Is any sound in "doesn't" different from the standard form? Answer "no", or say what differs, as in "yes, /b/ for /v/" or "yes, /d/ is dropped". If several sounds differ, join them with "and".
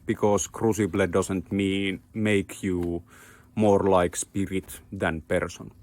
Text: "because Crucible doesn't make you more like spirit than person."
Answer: yes, /s/ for /z/